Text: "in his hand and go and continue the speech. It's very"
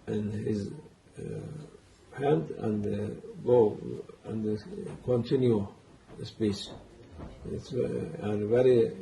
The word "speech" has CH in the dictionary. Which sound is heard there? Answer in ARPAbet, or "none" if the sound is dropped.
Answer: S